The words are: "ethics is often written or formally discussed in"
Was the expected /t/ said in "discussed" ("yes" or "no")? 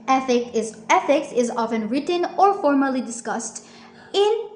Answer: yes